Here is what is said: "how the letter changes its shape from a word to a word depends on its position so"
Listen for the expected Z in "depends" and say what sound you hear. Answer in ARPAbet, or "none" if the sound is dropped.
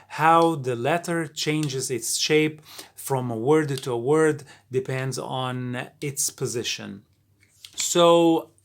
Z